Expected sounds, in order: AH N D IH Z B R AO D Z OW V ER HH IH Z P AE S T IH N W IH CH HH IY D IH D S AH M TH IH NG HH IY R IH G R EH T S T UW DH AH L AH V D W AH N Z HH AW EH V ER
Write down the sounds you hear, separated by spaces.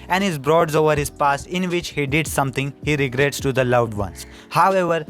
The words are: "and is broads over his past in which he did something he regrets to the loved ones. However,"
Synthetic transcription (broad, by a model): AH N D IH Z B R AO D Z OW V ER HH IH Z P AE S IH N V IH CH HH IY D IH D S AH M T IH NG HH IY R IH G R EH T S T UW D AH L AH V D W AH N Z HH AW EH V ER